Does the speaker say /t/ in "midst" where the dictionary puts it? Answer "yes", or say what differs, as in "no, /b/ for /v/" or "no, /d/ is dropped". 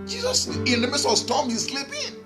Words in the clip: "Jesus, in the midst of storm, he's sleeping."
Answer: no, /t/ is dropped